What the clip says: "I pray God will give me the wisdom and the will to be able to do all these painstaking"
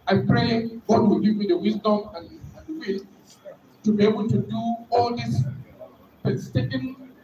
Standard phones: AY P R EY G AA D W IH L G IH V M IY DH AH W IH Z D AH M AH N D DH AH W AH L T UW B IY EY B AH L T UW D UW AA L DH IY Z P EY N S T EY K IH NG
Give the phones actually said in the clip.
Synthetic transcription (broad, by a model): AY P R EY G AA D W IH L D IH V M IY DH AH W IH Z D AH M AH N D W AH T UW B IY EY B AH L T UW D UW AA L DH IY S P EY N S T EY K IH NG